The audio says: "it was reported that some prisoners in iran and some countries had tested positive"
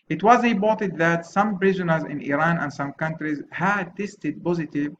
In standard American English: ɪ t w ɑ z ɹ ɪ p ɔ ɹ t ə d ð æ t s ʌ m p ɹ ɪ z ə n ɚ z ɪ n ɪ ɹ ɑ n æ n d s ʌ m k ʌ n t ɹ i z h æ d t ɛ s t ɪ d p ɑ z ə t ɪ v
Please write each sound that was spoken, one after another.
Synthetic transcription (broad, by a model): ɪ t w ɑ z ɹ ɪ b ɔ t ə d ð æ t s ʌ m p ɹ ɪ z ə n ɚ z ɪ n ɪ ɹ ɑ n æ n d s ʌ m k ʌ n t ɹ i z h æ d t ɛ s t ɪ d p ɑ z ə t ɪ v